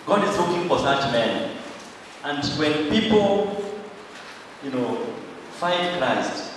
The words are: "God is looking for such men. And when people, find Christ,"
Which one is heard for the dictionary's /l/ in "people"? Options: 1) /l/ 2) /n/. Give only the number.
2